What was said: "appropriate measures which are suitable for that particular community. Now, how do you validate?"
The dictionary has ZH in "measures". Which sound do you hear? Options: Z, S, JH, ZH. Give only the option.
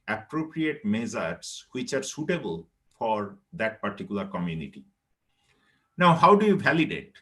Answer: Z